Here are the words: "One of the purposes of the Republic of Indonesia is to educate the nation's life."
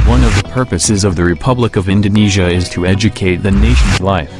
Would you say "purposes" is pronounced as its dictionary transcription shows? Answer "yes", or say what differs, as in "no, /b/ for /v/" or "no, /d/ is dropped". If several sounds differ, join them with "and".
yes